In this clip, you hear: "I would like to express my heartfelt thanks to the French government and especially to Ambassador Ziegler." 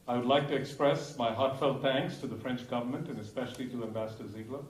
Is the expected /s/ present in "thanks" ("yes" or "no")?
yes